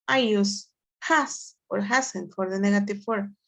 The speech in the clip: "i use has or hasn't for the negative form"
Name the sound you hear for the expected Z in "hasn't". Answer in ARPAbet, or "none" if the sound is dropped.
S